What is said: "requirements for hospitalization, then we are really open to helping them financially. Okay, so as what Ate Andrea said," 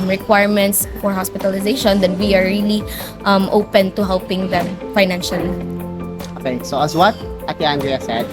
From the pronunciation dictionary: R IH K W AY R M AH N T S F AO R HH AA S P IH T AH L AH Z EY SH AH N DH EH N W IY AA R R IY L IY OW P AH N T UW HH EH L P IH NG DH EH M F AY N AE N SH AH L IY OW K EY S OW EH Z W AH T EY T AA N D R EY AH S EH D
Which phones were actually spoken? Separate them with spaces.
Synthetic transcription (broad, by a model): R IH K W AY R M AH N T S F AO R HH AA S P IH T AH L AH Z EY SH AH N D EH N W IY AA R L IY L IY OW P AH N T UW HH EH L P IH NG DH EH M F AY N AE N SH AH L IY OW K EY S OW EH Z W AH T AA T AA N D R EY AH S EH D